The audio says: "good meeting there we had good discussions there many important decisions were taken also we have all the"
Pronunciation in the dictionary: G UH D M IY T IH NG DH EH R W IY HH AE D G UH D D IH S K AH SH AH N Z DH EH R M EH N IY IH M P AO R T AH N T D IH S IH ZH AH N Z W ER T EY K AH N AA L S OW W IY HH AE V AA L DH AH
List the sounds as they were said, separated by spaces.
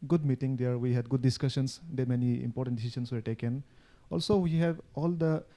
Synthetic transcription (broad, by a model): G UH D M IY T IH NG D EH R W IY HH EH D G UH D D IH S K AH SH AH N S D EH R M EH N IY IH M P AO R T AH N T D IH S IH SH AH N S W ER T EY K AH N AA L S OW W IY HH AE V AA L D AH